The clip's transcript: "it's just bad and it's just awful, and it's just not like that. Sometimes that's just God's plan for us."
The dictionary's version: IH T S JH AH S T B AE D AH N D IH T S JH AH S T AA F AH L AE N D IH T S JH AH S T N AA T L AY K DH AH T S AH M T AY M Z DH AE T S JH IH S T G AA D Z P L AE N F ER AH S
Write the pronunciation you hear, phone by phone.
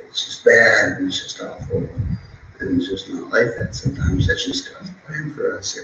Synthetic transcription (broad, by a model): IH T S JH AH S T B AE D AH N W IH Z JH AH S T AA F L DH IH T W JH AH S T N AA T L AY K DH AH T S AH M T AY M Z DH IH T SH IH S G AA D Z P L AE N F ER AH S